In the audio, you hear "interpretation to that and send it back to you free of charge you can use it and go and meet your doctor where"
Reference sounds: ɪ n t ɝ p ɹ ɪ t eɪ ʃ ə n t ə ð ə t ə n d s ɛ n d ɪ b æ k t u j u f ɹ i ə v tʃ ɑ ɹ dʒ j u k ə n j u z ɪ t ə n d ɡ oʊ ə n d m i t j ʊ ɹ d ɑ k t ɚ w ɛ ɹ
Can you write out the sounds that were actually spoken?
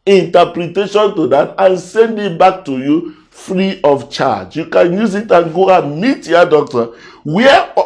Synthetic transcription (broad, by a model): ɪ n t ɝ p ɹ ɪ t eɪ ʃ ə n t ə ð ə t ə n s ɛ n d ɪ b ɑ k t u j u f ɹ i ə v tʃ ɑ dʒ j u k ə n j u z ɪ t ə n ɡ oʊ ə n m i t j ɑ d ɑ k t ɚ w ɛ